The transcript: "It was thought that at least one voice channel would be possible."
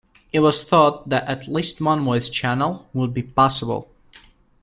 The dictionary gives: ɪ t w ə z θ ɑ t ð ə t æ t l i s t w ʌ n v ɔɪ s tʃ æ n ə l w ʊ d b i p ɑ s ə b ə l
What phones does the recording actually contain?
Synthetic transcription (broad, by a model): ɪ t w ə z θ ɑ t ð ə t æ t l i s t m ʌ n w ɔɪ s tʃ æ n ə l w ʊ d b i p ɑ s ə b ə l